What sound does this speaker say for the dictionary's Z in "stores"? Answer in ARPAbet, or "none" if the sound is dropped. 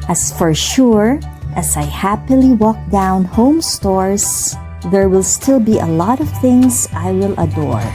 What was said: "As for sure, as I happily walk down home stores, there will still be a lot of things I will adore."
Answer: S